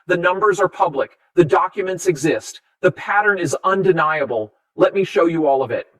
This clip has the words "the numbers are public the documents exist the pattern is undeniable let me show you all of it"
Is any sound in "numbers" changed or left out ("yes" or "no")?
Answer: no